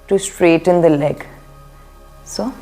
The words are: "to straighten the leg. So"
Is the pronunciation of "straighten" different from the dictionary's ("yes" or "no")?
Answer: no